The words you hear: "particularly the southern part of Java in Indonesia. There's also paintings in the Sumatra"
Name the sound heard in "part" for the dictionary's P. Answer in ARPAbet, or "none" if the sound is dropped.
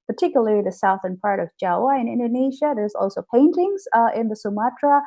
P